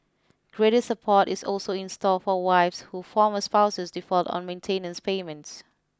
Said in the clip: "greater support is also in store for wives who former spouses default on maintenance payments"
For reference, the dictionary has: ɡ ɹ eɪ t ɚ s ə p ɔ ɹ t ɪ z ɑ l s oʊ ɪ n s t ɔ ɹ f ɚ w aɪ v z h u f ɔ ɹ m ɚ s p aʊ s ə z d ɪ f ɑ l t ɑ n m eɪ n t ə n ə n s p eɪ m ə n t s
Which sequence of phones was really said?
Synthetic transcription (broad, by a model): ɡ ɹ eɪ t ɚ s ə p ɔ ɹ t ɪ s ɑ l s oʊ ɪ n s t ɔ l f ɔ w aɪ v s h u f ɔ m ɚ s p aʊ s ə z d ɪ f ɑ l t ɑ n m eɪ n t ə n ə n s p eɪ m ə n t s